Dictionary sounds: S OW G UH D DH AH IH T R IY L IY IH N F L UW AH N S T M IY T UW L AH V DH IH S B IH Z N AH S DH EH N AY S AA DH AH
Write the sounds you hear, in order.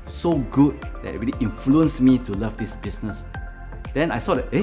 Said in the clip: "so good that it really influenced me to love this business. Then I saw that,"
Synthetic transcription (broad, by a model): S OW G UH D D IH T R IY L IY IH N F L UW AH N S M IY T UW L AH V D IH S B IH S N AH S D EH N AY S AA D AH